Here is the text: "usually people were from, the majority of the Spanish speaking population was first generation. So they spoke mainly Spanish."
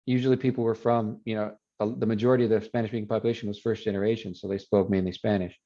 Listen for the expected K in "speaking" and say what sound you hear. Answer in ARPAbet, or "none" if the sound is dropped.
none